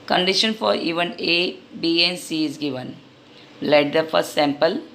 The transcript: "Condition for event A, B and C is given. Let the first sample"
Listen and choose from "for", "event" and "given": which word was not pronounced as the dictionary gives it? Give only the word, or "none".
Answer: event